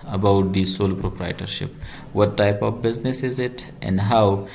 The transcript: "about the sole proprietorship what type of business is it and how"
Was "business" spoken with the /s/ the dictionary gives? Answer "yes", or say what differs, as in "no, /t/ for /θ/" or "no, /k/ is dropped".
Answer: yes